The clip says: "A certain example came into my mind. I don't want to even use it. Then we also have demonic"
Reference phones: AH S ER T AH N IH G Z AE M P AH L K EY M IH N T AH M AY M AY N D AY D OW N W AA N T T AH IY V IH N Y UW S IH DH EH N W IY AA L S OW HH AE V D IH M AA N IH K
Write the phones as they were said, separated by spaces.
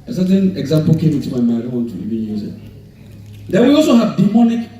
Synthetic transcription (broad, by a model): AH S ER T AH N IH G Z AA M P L K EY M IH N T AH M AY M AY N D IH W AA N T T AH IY B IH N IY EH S IH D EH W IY AA L S OW HH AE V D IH M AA N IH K